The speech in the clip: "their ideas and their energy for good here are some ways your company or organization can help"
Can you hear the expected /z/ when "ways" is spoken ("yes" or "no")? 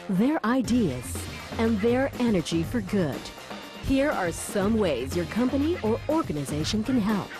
yes